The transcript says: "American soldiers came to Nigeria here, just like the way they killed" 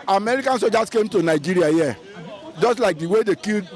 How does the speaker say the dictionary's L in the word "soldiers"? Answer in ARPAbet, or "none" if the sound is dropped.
none